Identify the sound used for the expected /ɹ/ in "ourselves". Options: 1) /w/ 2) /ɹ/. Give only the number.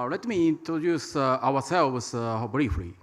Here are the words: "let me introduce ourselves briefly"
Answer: 1